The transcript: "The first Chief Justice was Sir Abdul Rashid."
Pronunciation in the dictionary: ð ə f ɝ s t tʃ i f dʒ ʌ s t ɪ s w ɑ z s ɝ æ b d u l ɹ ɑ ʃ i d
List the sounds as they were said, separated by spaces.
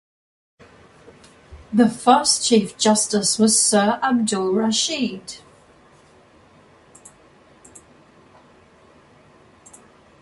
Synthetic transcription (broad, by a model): ð ə f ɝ s tʃ i f dʒ ʌ s t ɪ s w ɑ z s ɝ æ b d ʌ l ɹ ɑ ʃ i d